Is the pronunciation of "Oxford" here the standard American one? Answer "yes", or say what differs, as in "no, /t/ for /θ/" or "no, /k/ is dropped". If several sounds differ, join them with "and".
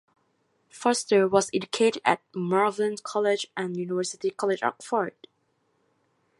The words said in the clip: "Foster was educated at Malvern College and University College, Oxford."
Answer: no, /s/ is dropped